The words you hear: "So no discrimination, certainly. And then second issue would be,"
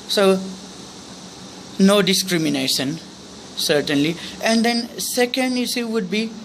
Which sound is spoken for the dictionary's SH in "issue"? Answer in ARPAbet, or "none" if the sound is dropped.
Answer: S